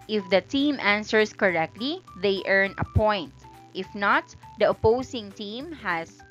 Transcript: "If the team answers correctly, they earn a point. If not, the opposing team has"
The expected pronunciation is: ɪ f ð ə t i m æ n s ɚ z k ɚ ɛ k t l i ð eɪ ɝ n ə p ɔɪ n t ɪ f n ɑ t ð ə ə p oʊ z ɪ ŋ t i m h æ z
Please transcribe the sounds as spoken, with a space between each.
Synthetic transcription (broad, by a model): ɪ f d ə t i m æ n s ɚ s k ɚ ɛ k t l i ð eɪ ɝ n ə p ɔɪ n t ɪ f n ɑ t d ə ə p oʊ s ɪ ŋ t i m h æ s